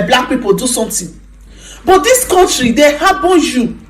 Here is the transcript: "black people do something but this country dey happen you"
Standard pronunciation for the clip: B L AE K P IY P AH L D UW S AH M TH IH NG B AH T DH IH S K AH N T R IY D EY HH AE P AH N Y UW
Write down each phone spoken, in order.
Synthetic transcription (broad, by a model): B L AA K P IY P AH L D UW S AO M T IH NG B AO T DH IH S K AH N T R IY D EY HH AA B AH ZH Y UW